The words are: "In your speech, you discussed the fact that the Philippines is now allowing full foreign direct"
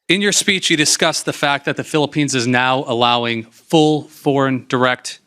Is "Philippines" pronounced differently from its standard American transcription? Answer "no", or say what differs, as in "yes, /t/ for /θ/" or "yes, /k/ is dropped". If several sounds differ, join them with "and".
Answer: no